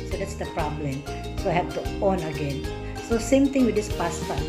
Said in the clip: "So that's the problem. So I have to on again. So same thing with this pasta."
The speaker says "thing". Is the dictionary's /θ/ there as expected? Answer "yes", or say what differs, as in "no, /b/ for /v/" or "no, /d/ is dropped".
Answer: no, /t/ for /θ/